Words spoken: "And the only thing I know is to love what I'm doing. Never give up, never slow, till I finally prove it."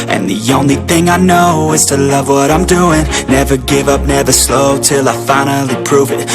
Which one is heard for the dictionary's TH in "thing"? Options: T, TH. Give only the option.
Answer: TH